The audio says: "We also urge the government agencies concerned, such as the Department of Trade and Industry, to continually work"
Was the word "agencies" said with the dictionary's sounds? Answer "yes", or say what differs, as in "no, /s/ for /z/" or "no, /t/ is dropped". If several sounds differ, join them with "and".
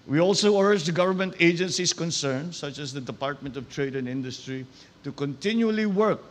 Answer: no, /s/ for /z/